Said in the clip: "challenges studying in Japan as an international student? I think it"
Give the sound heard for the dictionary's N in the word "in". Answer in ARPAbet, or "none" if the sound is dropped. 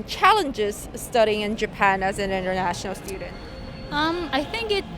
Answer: N